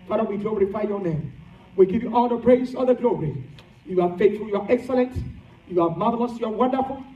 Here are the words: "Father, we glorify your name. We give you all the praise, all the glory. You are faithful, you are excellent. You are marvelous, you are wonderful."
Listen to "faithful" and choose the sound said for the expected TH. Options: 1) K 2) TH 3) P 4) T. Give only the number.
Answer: 4